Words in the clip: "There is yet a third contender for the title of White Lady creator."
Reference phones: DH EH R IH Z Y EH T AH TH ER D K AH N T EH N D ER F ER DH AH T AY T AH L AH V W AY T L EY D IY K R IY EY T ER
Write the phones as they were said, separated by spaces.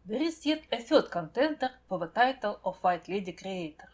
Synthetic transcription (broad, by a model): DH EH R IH S Y EH T AH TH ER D K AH N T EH N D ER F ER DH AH T AY T AH L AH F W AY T L EY D IY K R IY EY T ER